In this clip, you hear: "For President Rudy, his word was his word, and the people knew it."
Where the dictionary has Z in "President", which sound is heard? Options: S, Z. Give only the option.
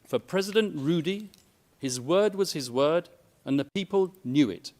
Z